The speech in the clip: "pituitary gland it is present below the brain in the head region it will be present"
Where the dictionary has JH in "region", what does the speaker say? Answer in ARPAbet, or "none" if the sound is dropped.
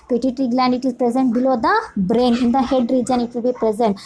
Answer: JH